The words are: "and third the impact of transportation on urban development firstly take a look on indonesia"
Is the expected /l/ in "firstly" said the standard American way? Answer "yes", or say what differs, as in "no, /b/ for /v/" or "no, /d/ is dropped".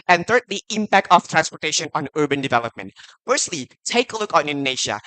yes